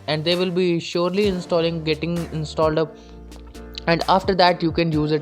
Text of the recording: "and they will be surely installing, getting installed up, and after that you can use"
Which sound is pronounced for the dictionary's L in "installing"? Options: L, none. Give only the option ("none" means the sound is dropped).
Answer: L